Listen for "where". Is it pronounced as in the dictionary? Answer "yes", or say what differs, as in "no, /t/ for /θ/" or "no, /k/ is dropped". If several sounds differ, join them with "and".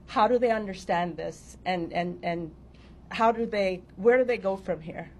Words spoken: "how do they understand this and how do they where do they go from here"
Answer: yes